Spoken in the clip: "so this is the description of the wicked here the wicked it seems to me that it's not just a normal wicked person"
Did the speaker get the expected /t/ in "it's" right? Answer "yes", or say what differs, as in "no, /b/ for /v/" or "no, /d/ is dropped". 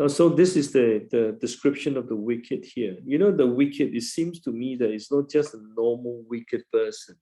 yes